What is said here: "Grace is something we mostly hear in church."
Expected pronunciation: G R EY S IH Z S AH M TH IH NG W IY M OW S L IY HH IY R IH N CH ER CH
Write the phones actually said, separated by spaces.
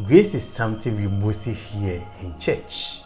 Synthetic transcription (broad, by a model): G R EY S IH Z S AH M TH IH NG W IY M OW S IY HH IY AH IH N CH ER CH